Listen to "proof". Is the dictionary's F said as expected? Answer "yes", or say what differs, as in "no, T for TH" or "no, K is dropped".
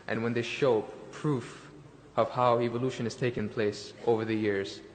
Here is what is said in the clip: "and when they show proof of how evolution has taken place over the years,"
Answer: yes